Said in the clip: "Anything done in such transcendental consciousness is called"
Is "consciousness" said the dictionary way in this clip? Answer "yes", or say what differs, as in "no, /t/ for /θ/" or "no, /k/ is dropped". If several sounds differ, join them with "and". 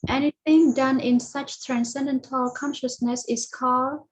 yes